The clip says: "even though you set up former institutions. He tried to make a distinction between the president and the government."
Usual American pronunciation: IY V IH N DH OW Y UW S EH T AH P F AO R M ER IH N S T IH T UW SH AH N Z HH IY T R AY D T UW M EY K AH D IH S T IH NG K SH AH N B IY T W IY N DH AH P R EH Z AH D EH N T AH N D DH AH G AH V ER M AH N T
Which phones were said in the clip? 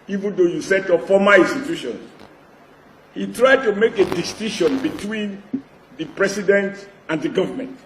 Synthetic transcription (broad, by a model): IY V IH N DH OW Y UW S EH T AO F AO M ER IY N S T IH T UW SH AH N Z HH IY T R AY D T UW M EY K AH D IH S T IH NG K SH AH N B IY T W IY N DH AH P R EH S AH D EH N T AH N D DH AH G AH V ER M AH N T